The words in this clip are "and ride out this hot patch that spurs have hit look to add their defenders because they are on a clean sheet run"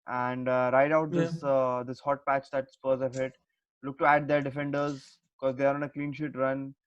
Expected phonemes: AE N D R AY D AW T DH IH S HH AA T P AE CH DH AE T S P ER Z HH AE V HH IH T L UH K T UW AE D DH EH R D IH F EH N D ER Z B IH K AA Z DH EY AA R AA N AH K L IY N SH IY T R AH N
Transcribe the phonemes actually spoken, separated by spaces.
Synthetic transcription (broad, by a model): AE N D R AY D AW T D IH S HH AA T P AE CH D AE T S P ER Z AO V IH T L UH K T UW AE D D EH R D IH F EH N D ER Z B IH K AA Z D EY AA R AA N AH K L IY N SH IY T R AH N